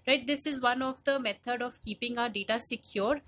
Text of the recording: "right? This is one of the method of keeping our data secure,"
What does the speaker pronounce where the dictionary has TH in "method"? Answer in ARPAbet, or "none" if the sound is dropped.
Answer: T